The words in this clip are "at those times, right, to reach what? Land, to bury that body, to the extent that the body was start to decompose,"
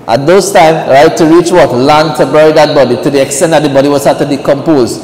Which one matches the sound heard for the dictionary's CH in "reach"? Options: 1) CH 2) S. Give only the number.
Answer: 1